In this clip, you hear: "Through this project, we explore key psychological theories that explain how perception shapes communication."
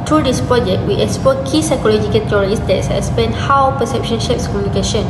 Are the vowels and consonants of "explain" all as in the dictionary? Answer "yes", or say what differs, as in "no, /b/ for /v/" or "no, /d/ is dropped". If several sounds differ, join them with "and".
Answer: no, /l/ is dropped